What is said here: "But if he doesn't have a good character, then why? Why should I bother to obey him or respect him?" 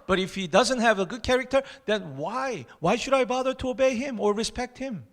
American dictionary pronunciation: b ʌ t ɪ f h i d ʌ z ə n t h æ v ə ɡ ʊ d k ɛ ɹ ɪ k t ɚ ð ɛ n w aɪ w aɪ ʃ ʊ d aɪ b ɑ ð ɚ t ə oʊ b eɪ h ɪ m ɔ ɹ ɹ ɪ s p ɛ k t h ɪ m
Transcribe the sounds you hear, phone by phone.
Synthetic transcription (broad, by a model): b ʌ t ɪ f h i d ʌ z ə n t h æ v ə ɡ ʊ d k ɛ ɹ ɪ k t ɚ ð ɛ n w aɪ w aɪ ʃ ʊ d aɪ b ɑ ð ɚ t ə oʊ b eɪ h ɪ m ɔ ɹ ɹ ɪ s p ɛ k t h ɪ m